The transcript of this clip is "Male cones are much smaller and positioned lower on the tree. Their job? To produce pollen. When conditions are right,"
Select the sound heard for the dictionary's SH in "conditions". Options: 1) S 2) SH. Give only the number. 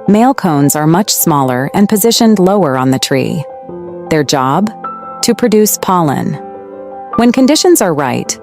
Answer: 2